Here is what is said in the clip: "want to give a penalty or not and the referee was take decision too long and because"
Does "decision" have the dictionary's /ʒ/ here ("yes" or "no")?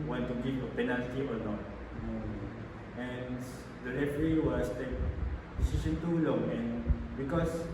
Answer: no